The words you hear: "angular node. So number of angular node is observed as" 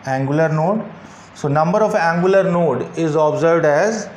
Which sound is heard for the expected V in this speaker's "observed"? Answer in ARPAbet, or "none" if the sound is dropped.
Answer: V